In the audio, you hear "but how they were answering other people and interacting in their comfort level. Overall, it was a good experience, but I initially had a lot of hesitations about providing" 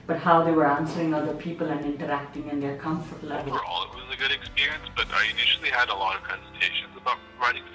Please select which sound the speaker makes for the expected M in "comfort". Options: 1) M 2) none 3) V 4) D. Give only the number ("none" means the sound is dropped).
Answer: 1